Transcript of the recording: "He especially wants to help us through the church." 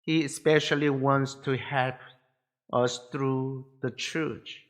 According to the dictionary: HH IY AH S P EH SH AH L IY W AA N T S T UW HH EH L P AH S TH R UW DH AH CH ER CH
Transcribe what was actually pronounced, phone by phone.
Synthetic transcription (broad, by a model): HH IY AH S P EH SH AH L IY W AA N T S T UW HH EH L P AH S TH R UW DH AH CH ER CH